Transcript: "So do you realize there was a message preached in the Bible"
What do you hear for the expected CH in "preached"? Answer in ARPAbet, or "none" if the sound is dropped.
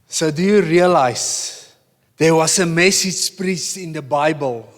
S